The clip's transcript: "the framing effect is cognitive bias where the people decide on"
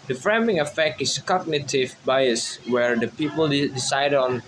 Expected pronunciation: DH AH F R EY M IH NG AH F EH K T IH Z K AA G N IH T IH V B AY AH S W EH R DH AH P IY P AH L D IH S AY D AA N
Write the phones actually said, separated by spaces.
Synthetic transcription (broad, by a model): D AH F R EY M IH NG AH F EH K T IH S K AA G N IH T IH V B AY AH S W EH R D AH P IY P AH L D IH S AY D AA N